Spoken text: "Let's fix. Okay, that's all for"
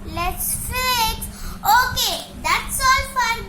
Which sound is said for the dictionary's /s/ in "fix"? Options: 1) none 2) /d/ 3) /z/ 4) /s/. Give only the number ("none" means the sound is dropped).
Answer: 1